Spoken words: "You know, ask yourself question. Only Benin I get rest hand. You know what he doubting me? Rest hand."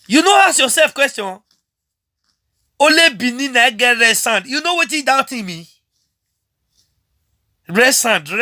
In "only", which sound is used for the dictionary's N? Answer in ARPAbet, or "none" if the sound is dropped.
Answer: none